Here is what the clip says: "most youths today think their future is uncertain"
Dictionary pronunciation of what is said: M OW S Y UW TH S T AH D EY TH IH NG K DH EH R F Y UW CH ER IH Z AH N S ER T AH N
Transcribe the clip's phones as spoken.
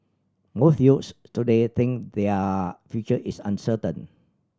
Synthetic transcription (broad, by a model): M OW TH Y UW S T AH D EY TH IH NG K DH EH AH F Y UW CH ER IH S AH N S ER T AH N